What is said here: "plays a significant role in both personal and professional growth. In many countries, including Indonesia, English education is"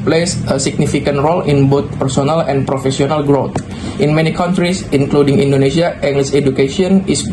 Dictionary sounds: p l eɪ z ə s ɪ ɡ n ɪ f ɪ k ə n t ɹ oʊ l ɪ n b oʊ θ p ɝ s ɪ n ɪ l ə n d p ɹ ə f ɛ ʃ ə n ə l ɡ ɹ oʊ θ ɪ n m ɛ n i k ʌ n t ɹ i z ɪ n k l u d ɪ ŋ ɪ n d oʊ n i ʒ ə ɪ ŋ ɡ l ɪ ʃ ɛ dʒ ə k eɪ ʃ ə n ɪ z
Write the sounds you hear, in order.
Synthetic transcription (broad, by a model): p l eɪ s ə s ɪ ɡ n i f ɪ k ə n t ɹ oʊ l ɪ n b oʊ t p ɝ s ɪ n ɪ l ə n p ɹ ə f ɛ s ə n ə l ɡ ɹ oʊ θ ɪ n m ɛ n i k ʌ n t ɹ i s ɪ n k l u d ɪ ŋ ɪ n d oʊ n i s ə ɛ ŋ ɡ l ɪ s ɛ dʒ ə k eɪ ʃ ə n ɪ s